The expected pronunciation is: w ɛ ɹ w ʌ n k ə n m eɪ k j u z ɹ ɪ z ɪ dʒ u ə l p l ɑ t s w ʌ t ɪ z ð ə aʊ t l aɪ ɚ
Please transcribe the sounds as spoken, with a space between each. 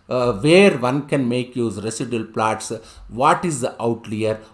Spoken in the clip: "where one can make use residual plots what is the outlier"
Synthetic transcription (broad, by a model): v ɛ ɹ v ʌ n k ə n m eɪ k j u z ɹ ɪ s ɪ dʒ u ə l p l ɑ t s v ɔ t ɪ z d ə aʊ t l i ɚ